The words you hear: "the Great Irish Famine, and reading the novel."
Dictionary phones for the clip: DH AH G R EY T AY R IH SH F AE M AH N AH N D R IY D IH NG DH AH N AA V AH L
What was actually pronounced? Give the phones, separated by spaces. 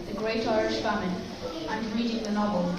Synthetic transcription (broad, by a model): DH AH G R EY T AY R IH SH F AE M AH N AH N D R IY D IH NG DH AH N AA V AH L